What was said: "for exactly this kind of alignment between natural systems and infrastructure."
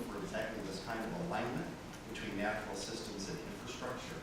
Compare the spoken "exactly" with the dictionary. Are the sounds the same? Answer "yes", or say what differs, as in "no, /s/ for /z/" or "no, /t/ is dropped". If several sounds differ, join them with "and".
no, /l/ is dropped